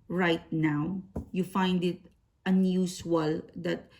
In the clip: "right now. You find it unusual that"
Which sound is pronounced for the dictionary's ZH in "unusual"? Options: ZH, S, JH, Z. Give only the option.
S